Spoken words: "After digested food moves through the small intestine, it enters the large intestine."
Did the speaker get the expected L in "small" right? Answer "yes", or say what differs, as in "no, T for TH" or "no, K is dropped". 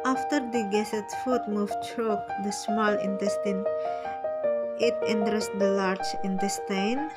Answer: yes